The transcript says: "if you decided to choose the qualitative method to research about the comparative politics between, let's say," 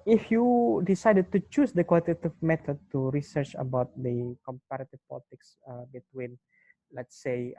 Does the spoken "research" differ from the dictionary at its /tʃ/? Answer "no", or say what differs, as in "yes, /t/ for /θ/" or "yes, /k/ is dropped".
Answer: no